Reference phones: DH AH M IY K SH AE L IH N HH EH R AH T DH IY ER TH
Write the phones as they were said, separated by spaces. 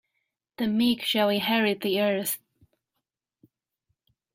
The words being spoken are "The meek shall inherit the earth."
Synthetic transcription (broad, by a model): DH AH M IY K SH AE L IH HH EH R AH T DH IY ER TH